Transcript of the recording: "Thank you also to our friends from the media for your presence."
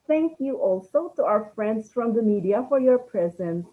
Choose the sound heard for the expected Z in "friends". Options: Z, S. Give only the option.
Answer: S